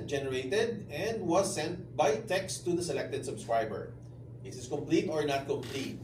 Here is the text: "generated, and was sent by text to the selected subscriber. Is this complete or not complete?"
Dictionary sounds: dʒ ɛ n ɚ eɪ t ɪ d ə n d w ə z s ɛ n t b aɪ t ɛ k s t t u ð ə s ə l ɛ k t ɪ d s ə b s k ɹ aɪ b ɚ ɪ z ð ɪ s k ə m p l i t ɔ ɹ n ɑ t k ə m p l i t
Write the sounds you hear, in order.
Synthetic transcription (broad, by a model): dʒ ɛ n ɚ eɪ t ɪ d ə n d w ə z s ɛ n t b aɪ t ɛ k s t t u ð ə s ə l ɛ k t ɪ d s ə b s k ɹ aɪ b ɚ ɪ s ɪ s k ə m p l i t ɔ ɹ n ɑ t k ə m p l i t